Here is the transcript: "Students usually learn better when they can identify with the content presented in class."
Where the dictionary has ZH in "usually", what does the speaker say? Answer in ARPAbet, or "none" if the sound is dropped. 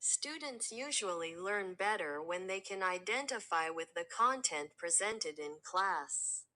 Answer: ZH